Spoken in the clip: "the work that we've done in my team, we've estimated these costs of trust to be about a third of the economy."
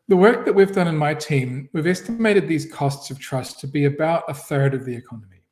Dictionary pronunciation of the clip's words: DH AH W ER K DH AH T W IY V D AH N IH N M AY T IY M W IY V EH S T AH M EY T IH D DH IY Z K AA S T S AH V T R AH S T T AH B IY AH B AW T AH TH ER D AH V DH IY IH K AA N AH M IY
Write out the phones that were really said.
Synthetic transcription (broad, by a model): DH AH W ER K DH AH T W IY V D AH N IH N M AY T IY M W IY V EH S T AH M EY T IH D DH IY Z K AA S T S AH V T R AH S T T AH B IY AH B AW T AH TH ER D AH V DH IY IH K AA N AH M IY